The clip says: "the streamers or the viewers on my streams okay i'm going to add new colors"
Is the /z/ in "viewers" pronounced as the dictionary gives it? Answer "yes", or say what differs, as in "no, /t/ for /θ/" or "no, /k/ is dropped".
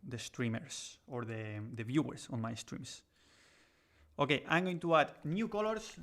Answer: no, /s/ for /z/